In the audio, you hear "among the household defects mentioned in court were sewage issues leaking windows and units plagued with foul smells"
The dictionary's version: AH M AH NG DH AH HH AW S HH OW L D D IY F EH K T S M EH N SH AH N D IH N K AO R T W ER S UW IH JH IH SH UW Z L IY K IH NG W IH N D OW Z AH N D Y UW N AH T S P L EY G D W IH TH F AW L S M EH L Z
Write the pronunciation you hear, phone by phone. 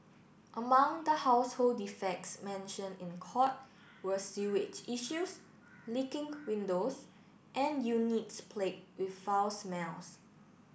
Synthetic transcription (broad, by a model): AH M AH NG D AH HH AW S HH OW L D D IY F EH K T S M EH N SH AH N IH N K AO T W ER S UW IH CH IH SH UW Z L IY K IH NG W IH N D OW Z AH N Y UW N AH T S P L EY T W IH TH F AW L S M EH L S